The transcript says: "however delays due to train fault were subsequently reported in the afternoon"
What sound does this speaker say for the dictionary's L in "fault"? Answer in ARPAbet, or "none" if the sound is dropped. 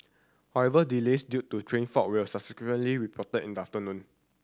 none